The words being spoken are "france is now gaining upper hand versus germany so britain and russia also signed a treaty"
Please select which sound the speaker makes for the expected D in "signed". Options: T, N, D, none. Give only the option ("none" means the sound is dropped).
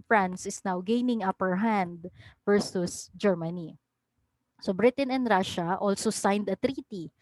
D